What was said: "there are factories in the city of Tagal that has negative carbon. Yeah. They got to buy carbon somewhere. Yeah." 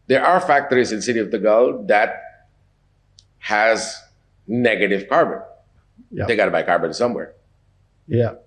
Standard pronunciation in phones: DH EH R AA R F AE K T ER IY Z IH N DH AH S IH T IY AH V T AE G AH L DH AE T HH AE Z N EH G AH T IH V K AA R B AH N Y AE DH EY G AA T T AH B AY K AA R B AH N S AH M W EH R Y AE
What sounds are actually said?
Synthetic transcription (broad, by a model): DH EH R AA R F AE K T ER IY Z IH N S IH T IY AH V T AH G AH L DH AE T HH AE Z N EH G AH T IH V K AA R B AH N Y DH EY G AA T T AH B AY K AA R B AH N S AH M W EH R Y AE